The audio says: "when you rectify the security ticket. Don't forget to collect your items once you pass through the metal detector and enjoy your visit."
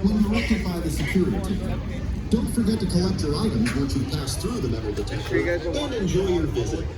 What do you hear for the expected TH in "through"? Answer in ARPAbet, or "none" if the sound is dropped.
TH